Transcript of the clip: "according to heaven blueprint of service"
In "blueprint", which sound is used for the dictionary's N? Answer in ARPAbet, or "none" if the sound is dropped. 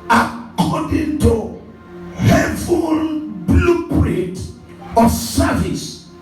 none